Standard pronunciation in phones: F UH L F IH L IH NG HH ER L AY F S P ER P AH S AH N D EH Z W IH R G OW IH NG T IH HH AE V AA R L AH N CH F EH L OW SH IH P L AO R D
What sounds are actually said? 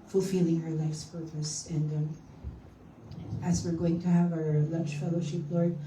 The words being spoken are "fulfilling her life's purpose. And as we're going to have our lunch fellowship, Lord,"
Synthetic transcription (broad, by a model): F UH L F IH L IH NG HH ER L AY F S P ER P AH S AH N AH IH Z W IH R G OW IH NG T IH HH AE V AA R L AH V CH F EH L OW SH IH P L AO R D